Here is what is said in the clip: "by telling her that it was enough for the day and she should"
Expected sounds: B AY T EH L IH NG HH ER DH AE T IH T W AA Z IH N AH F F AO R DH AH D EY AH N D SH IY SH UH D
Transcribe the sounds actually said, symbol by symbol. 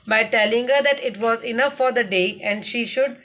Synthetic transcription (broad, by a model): B AY T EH L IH NG HH ER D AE T IH T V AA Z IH N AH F F AO R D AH D EY AH N D SH IY SH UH D